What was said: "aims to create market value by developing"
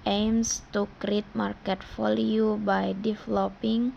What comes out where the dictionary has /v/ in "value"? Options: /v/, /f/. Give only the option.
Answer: /f/